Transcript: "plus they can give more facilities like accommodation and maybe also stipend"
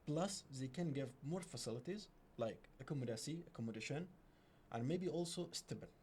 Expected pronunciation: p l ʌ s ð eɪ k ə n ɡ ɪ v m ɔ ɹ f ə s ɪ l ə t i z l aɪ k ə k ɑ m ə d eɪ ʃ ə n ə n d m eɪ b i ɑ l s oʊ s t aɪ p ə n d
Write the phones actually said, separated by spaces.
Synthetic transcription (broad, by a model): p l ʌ s ð eɪ k ə n ɡ ɪ v m ɔ ɹ f ə s ɪ l ə t i z l aɪ k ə k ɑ m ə d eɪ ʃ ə n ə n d m eɪ b i ɑ l s oʊ s t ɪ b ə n